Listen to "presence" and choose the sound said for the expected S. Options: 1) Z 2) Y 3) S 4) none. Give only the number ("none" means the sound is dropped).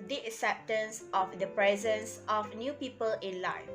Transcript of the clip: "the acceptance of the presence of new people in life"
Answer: 3